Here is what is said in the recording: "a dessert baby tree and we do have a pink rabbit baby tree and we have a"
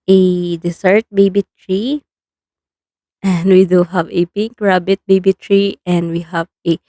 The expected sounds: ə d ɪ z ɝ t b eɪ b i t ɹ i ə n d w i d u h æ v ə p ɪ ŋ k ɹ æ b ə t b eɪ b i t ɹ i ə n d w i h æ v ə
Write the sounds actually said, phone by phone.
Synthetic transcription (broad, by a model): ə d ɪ s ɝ t b eɪ b i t ɹ i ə n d w i d u h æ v ə p ɪ ŋ k ɹ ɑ b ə t b eɪ b i t ɹ i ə n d w i h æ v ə